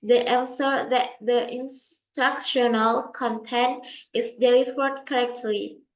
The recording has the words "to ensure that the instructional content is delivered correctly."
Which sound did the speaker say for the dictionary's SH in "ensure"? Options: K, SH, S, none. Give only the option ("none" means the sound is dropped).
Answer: S